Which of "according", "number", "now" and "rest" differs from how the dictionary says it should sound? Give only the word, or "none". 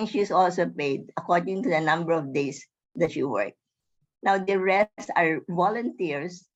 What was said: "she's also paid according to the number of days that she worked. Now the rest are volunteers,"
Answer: rest